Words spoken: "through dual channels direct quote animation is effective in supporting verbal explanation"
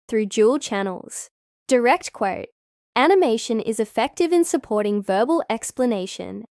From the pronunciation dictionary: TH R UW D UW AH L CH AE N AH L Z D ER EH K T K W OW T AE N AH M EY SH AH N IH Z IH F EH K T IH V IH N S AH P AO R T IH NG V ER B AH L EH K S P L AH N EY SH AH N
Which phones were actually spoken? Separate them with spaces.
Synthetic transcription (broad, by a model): TH R UW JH UW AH L CH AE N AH L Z D ER EH K T K W OW T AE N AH M EY SH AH N IH Z IH F EH K T IH V IH N S AH P AO R T IH NG V ER B AH L EH K S P L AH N EY SH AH N